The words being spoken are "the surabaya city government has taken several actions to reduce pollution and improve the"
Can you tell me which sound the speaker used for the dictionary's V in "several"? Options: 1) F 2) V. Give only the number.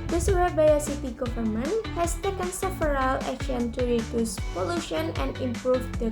1